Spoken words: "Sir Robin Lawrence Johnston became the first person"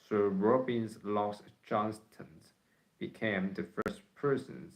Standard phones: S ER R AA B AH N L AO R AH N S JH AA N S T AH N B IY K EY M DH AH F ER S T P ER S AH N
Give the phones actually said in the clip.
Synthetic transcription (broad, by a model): S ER R AA B AH N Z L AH S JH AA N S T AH N B IY K EY M DH AH F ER S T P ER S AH N